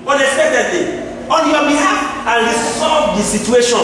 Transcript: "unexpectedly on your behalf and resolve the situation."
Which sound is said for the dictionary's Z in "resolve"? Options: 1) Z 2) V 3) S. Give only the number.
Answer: 3